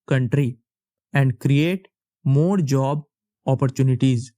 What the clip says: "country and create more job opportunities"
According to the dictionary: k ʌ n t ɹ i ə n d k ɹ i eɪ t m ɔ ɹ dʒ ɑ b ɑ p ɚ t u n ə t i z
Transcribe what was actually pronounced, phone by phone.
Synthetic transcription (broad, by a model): k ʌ n t ɹ i ə n d k ɹ i eɪ t m ɔ ɹ dʒ ɑ b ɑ p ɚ t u n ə t i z